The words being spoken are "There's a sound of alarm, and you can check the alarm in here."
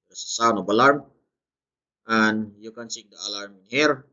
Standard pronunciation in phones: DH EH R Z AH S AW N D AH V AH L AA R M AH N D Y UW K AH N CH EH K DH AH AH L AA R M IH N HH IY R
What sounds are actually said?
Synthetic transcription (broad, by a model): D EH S AH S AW N AH B AH L AA R M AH N Y UW K AH N S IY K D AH AH L AA R M IH N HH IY R